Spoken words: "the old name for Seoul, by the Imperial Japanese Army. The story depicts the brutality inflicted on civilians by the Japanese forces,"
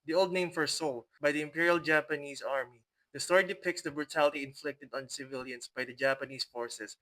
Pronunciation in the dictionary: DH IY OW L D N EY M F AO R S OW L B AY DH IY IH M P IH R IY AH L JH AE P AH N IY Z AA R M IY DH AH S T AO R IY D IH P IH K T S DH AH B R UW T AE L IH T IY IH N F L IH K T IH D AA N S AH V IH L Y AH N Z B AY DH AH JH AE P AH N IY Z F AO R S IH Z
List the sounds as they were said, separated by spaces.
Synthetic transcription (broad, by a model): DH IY OW L D N EY M F AO R S OW L B AY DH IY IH M P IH R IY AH L JH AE P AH N IY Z AA R M IY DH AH S T AO R IY D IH P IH K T S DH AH B R UW T AE L IH T IY IH N F L IH K T IH D AA N S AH V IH L Y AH N S B AY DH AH JH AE P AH N IY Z F AO R S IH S